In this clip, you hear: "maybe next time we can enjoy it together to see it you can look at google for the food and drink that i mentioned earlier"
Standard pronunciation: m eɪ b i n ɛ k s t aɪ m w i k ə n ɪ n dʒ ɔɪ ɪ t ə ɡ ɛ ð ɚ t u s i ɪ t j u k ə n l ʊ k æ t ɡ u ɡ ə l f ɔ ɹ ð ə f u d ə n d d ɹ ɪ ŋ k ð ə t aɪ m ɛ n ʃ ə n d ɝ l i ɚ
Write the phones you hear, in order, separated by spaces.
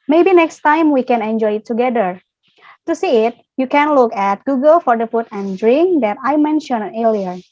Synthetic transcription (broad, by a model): m eɪ b i n ɛ k s t aɪ m w i k ə n ɪ n dʒ ɔɪ ɪ t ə ɡ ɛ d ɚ t u s i ɪ t j u k ə n l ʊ k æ t ɡ u ɡ ə l f ɔ ɹ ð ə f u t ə n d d ɹ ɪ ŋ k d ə t aɪ m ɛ n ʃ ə n ɝ l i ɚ